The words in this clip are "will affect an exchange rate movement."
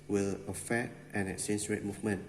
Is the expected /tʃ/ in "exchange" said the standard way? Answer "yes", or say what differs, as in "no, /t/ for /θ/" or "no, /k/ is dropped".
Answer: no, /tʃ/ is dropped